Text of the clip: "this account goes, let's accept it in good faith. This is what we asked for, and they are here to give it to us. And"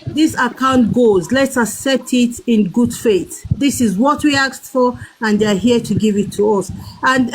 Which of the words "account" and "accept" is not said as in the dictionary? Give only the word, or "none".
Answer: accept